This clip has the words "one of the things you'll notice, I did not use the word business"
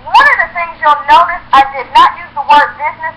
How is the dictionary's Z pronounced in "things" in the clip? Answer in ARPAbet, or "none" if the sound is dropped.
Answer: Z